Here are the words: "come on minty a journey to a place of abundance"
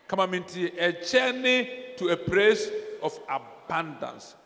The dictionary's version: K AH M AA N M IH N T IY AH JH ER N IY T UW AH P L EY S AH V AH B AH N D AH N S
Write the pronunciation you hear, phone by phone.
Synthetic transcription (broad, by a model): K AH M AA M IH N T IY AH CH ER N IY T UW AH P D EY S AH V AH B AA N D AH N S